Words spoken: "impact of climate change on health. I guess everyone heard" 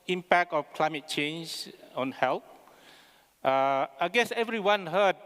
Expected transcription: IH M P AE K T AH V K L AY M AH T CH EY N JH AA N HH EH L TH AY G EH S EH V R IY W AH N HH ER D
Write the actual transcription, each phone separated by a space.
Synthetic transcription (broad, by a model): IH M P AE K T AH F K L AY M AH T CH EY N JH AA N HH EH L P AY G EH S EH V R IY W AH N HH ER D